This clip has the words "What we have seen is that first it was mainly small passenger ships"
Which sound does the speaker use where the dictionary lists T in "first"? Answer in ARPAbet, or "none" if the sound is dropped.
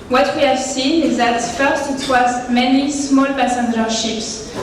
T